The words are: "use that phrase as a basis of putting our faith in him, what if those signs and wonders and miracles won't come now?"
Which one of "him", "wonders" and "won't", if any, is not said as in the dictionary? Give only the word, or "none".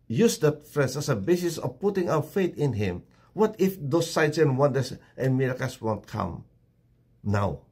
wonders